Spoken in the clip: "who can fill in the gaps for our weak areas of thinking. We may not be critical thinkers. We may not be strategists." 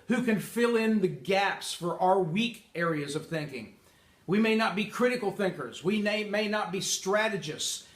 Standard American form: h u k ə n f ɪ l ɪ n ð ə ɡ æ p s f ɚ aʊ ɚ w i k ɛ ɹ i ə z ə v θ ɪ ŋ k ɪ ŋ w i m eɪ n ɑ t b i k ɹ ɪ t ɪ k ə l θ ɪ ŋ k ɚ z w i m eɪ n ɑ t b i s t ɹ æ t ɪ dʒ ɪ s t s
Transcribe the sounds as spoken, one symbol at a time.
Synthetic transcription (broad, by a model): h u k ə n f ɪ l ɪ n ð ə ɡ æ p s f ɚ aʊ ɚ w i k ɛ ɹ i ə z ə v θ ɪ ŋ k ɪ ŋ w i m eɪ n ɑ t b i k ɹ ɪ t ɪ k l θ ɪ ŋ k ɚ z w i m eɪ n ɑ t b i s t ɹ æ t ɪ dʒ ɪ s s